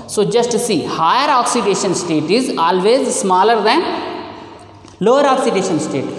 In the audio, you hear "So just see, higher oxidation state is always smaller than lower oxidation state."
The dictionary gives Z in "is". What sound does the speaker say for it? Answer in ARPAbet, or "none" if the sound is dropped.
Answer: Z